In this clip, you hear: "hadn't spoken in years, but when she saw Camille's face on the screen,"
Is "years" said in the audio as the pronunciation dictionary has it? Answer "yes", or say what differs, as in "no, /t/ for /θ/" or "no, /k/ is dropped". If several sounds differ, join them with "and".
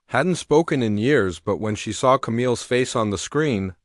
yes